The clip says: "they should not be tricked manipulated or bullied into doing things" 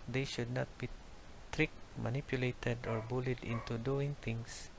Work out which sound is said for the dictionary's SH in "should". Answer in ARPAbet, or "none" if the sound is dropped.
SH